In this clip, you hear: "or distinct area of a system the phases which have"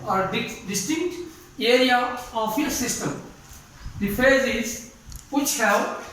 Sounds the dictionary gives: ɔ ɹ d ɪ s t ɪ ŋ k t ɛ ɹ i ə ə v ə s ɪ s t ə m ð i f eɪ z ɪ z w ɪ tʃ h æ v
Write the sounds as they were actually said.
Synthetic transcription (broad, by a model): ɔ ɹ d ɪ s t ɪ ŋ k t ɛ ɹ i ə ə f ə s ɪ s t ə m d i f eɪ z ɪ z w ɪ tʃ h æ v